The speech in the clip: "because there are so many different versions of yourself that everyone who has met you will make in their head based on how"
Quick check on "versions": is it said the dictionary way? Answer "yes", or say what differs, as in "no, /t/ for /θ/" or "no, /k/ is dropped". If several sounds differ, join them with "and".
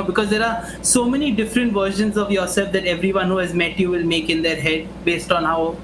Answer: no, /ʃ/ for /ʒ/